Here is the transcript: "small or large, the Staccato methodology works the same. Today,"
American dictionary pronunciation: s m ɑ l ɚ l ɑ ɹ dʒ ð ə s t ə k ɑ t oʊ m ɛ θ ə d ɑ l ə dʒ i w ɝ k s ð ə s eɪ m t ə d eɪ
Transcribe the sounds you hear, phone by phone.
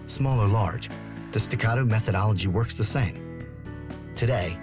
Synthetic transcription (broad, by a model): s m ɑ l ɚ l ɑ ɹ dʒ ð ə s t ə k ɑ t oʊ m ɛ θ ə d ɑ l ə dʒ i w ɝ k s ð ə s eɪ m t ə d eɪ